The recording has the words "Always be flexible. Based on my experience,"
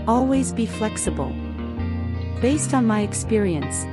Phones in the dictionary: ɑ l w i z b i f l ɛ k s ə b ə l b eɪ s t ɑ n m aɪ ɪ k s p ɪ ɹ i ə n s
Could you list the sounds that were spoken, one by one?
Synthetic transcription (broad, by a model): ɑ l w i z b i f l ɛ k s ə b ə l b eɪ s t n m aɪ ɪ k s p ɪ ɹ i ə n s